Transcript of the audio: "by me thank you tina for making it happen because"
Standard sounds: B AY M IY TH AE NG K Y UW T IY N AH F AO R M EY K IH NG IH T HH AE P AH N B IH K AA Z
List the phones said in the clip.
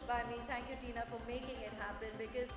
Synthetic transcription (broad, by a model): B AY M IY T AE NG K Y UW T IY N AH F AO R M EY K IH NG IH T HH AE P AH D B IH K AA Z